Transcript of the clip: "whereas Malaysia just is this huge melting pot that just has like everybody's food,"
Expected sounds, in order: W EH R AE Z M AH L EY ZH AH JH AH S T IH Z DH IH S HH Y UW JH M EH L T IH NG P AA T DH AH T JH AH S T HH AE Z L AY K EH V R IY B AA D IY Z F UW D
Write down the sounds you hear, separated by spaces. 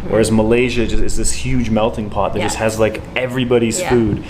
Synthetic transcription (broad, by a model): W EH R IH Z M AH L EY ZH AH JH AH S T IH Z DH IH S HH Y UW JH M EH L T IH NG P AA T DH AH T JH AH S T HH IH Z L AY K EH V R IY B AA D IY Z F UW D